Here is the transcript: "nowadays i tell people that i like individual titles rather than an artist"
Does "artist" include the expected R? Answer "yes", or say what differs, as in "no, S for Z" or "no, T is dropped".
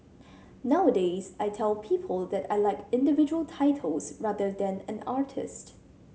yes